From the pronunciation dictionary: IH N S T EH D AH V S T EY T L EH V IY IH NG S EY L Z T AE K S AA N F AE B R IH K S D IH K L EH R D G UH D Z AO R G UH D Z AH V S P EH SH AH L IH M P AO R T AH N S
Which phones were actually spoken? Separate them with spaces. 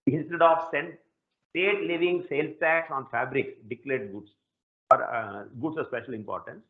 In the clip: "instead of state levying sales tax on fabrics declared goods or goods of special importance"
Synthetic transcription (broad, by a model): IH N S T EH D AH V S T EY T L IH V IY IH NG S EY L T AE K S AA N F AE B R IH K D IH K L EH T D G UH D S AO R G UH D S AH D S P EH SH AH L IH M P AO R T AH N S